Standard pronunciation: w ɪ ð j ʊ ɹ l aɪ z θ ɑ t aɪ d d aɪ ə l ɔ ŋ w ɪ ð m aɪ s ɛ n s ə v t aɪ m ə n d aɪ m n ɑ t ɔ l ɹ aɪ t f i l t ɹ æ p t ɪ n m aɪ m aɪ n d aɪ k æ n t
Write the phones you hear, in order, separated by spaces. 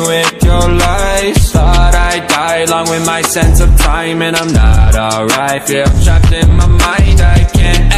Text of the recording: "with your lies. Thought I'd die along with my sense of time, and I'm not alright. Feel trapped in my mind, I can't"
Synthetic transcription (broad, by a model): w ɪ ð j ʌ ɹ l aɪ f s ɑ t aɪ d d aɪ ə l ɔ ŋ w ɪ ð m aɪ s ɛ n s ə v t aɪ m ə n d aɪ m n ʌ t ɔ l ɹ aɪ t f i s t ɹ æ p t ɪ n m aɪ m aɪ n d aɪ k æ n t